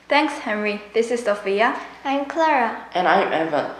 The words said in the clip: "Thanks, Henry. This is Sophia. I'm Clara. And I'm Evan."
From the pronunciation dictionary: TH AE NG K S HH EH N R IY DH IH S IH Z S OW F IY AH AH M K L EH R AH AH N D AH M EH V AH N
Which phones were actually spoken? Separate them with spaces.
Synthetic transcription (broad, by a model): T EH NG K S HH EH N R IY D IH S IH S OW F IY AH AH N K L EH R AH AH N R AH M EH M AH